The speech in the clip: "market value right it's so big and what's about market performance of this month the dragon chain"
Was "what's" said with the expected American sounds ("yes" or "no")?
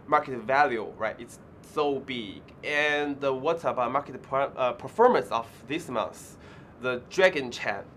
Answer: no